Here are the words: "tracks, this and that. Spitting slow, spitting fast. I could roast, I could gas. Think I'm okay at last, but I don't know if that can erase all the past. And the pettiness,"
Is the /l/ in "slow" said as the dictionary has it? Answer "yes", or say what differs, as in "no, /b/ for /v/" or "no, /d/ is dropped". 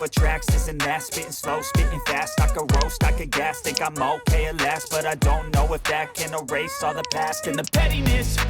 yes